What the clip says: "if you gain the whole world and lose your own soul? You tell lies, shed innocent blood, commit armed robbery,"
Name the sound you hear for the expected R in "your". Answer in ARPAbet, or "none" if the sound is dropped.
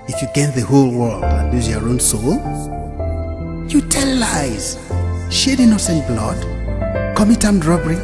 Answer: R